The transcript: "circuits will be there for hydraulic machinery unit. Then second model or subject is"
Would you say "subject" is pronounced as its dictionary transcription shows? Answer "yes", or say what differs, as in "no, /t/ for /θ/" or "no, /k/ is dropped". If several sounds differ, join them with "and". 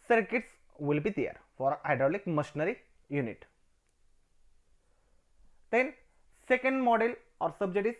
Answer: no, /k/ is dropped